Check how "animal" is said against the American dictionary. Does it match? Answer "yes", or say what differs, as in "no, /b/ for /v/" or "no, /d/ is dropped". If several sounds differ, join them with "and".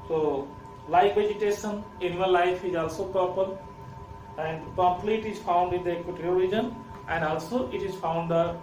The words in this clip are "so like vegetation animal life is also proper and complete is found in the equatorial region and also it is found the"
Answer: no, /n/ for /l/